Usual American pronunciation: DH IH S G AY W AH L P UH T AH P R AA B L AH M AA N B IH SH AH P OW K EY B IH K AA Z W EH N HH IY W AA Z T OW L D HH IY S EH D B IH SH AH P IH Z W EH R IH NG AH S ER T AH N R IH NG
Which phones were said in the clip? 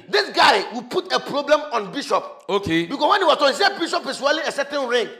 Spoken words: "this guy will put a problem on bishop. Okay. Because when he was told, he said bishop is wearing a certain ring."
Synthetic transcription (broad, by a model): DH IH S G AY W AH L P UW T AH P R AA B L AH M AA N B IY SH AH P OW K EY B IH K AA S W EH N HH IY W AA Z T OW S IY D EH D B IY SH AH P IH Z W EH L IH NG AH S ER T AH N R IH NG